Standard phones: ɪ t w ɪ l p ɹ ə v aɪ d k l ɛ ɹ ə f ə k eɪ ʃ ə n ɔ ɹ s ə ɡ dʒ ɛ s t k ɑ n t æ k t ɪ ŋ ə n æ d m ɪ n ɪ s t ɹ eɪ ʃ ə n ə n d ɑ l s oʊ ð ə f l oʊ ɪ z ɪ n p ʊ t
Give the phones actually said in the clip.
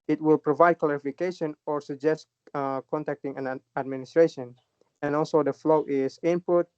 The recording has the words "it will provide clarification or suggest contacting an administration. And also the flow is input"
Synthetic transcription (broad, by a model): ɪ t w ɪ l p ɹ ə v aɪ d k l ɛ ɹ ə f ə k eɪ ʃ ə n ɔ ɹ s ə dʒ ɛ s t k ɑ n t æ k t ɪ ŋ ə n æ d m ɪ n ɪ s t ɹ eɪ ʃ ə n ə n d ɑ l s oʊ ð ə f l oʊ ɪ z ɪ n p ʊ t